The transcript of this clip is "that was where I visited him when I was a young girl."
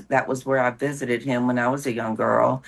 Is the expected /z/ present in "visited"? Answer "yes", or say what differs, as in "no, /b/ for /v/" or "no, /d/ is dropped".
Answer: yes